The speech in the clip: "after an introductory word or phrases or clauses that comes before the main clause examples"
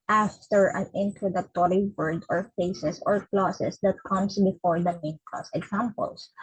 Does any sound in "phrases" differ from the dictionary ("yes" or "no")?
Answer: yes